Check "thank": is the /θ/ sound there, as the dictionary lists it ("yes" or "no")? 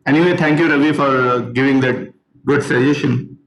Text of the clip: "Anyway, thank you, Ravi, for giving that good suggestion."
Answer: no